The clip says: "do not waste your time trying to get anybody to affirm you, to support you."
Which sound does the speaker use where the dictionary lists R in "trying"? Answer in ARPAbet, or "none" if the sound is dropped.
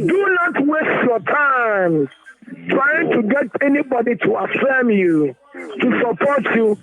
R